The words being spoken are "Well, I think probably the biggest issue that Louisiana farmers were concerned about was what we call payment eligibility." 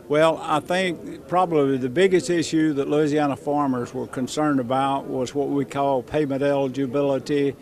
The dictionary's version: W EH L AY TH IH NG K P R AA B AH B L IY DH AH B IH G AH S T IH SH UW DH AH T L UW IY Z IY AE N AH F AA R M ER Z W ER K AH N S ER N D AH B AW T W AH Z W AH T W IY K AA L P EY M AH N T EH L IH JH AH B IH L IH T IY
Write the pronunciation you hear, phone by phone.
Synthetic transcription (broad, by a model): W EH L AY TH IH NG K P R AA B AH B L IY DH AH B IH G AH S T IH SH UW DH AH T L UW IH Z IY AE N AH F AA R M ER Z W ER K AH N S ER N D AH B AW T W AH Z W AH T W IY K AA L P EY M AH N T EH L JH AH B IH L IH T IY